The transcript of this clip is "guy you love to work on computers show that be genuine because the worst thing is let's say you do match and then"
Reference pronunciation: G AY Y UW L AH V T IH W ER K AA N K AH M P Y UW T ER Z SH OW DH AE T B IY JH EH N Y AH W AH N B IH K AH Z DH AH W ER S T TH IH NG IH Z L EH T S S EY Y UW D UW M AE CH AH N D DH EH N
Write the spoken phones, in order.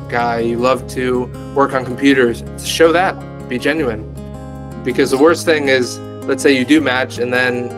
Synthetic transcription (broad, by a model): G AY Y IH L AH V T IH W ER K N K M P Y UW T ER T SH OW DH AE T B IY JH EH N Y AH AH N B IH K AH Z DH AH W ER S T TH IH NG IH Z L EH T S S EY Y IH D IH M AE CH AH N DH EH N